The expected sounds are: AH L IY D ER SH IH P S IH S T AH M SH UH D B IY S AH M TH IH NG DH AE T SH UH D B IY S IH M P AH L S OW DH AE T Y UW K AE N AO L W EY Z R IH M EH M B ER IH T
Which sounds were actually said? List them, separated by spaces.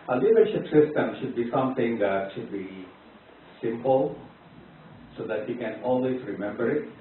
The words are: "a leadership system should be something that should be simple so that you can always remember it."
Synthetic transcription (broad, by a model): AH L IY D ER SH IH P S IH S T AH M SH UH D B IY S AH M T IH NG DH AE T SH UH D B IY S IH M P AH L S OW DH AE T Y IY K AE N AO L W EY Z R IH M EH M B ER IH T